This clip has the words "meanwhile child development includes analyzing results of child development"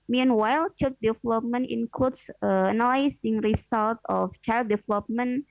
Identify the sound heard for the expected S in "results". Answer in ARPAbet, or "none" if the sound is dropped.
none